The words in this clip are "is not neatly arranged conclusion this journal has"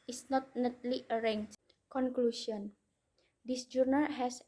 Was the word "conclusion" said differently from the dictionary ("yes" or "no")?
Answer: yes